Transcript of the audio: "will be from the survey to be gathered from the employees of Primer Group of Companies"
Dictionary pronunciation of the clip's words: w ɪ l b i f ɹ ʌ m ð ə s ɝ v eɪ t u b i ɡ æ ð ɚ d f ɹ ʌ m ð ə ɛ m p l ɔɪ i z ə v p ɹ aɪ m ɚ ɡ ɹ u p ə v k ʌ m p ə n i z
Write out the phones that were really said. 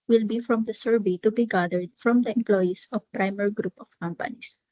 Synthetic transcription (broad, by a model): w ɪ l b i f ɹ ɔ m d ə s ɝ b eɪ t u b i ɡ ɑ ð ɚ d f ɹ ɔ m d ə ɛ m p l ɔɪ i s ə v p ɹ aɪ m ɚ ɡ ɹ u p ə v k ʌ m p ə n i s